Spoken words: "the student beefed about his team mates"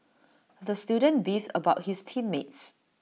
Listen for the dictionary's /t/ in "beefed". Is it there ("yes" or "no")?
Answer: no